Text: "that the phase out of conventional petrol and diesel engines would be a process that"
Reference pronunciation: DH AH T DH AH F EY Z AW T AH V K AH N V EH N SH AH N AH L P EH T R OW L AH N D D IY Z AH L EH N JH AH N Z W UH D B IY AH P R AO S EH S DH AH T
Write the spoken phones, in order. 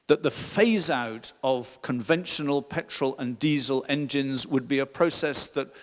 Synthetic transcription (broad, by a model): DH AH T DH AH F EY Z AW T AH V K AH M V EH N SH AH N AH L P EH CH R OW L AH N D D IY Z AH L EH N JH AH N Z W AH D B IY AH P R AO S EH S DH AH T